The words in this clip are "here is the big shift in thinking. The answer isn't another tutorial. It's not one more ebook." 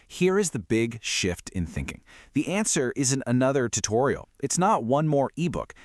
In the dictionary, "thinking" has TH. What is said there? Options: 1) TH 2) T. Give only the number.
1